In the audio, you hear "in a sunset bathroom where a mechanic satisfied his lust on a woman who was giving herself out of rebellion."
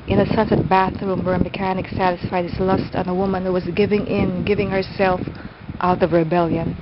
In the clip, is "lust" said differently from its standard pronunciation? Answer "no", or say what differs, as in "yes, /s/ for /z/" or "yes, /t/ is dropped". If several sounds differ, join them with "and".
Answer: no